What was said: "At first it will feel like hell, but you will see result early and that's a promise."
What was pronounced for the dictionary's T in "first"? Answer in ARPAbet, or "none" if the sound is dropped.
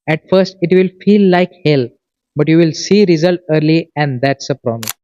T